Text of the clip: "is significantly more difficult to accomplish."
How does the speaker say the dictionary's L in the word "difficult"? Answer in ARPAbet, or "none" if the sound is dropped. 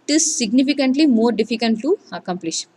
N